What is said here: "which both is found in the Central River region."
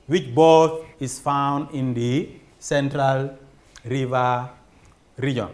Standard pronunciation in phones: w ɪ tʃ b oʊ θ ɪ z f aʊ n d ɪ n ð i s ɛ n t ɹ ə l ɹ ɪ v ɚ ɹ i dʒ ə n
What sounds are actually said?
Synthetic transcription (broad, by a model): w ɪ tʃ b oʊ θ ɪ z f aʊ n d ɪ n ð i s ɛ n t ɹ ə l ɹ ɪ v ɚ ɹ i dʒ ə n